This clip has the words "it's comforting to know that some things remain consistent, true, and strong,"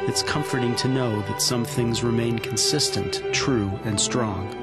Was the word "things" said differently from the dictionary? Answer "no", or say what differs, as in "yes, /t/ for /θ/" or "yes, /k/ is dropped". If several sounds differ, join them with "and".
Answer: no